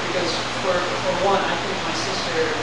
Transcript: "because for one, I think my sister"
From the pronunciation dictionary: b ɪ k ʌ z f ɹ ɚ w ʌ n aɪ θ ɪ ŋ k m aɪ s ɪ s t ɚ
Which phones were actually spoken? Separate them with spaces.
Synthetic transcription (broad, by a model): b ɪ k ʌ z f ɹ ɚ w ʌ n aɪ θ ɪ ŋ k m aɪ s ɪ s t ɚ